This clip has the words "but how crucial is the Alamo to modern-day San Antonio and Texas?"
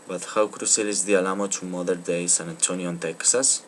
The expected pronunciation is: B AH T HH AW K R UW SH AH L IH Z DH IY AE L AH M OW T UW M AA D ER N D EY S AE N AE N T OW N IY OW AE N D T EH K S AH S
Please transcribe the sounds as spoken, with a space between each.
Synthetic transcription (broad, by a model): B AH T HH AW K R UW S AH L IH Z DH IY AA L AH M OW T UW M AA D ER D EY S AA N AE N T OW N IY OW N T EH K S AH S